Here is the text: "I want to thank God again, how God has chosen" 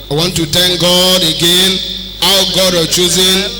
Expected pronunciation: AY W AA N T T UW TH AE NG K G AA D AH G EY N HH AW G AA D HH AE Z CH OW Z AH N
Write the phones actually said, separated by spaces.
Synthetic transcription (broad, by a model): AY W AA N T T UW T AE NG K G AA D AH G EY N HH AW G AA D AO CH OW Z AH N